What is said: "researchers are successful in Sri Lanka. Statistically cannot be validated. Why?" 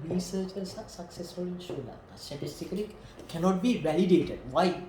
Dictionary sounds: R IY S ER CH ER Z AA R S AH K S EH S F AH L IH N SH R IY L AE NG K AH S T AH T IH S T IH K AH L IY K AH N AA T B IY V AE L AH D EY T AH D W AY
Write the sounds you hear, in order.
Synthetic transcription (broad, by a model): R IY S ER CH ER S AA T S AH K S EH S F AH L IH N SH UW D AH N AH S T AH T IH S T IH K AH L IY K AH N AA T B IY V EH L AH D EY T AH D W AY